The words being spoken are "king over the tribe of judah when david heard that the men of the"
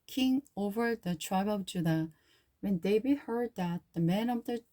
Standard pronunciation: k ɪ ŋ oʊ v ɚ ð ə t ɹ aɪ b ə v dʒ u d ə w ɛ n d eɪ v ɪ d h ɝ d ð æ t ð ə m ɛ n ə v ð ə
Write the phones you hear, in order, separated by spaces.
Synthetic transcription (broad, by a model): k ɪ ŋ oʊ v ɚ ð ə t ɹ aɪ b ə v dʒ u d ə w ɛ n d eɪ b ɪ h ɝ d ð æ t ð ə m ɛ n ə v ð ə